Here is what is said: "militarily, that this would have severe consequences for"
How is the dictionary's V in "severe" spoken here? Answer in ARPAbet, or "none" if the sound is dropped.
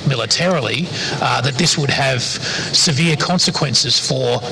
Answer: V